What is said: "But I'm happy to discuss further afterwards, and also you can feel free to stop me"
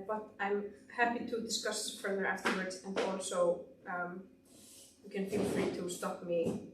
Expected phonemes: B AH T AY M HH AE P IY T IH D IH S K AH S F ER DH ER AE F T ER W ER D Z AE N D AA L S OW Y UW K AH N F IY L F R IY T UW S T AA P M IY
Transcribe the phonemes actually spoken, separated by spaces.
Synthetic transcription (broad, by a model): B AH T AY M HH AE P IY T IH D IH S K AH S F ER DH ER AE F T ER W ER D Z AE N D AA L S OW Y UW K AH N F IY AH F R IY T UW S T AA P M IY